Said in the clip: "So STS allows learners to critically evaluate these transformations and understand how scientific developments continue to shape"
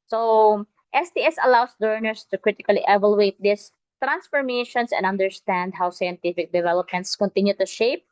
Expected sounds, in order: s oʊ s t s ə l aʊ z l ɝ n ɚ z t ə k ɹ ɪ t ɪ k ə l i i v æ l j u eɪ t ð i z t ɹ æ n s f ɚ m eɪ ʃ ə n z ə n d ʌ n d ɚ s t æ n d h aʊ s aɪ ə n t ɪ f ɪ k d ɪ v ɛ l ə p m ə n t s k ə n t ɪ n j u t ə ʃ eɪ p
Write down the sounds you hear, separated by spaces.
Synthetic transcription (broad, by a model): s oʊ s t s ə l aʊ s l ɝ n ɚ s t ə k ɹ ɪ t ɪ k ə l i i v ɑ l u eɪ t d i s t ɹ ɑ n s f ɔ m eɪ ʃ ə n s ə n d ʌ n d ɚ s t æ n d h aʊ s aɪ ə n t ɪ f ɪ k d ɪ v ɛ l ə p m ə n t s k ə n t ɪ n j u t ə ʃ eɪ p